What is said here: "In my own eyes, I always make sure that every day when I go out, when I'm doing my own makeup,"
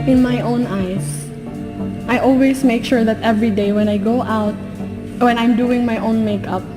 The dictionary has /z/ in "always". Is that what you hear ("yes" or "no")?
no